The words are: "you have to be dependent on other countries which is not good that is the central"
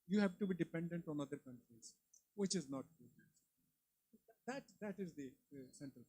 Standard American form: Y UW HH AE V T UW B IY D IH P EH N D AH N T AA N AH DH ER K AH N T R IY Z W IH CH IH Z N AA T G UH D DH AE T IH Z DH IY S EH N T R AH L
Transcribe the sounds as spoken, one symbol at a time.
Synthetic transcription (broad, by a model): Y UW HH AE V T UW B IY D IH P EH N D AH N T AA N AH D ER K AH N T R IY Z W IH CH IH Z N AA T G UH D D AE T IH Z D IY S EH N T R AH L